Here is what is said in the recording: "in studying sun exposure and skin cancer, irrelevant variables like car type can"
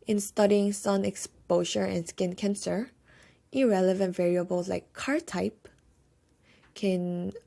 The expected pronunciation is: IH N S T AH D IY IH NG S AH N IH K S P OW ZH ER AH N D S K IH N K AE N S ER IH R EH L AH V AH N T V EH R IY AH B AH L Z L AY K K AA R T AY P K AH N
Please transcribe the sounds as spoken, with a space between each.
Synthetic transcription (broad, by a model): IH N S T AH D IY IH NG S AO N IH K S P OW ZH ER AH N S K IH N K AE N S ER IH R EH L AH V AH N T V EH R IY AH B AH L S L AY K K AA R T AY P K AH N